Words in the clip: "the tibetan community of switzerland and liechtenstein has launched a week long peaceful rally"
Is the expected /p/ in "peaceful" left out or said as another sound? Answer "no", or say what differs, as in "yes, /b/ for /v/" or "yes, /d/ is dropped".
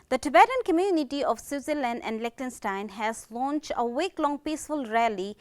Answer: no